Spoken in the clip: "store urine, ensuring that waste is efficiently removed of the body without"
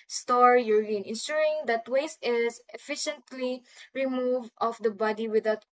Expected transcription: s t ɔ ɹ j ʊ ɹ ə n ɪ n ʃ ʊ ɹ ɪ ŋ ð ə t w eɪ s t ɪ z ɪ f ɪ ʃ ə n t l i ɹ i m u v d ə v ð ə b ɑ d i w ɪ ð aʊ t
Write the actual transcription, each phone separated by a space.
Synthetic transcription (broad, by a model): s t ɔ ɹ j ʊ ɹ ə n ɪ n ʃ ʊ ɹ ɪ ŋ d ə t w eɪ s ɪ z ɪ f ɪ ʃ ə n t l i ɹ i m u v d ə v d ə b ɑ d i w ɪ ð aʊ t